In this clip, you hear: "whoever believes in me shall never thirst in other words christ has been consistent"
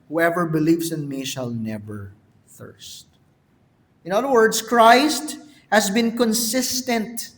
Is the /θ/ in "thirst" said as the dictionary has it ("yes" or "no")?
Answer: yes